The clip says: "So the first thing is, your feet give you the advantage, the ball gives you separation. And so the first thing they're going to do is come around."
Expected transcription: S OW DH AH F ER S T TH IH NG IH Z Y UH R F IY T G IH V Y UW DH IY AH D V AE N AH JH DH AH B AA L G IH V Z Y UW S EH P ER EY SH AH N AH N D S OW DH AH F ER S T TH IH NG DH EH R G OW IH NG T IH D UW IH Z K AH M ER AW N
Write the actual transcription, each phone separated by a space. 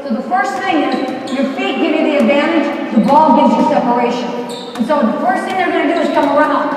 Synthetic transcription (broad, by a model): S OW DH AH F ER S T TH IH NG IH Z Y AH R F IY T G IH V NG DH IY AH D V AE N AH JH DH AH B AA L G IH V Z Y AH S EH P ER EY SH AH N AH N S OW DH AH F ER S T TH IH NG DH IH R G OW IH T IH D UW IH Z K AH M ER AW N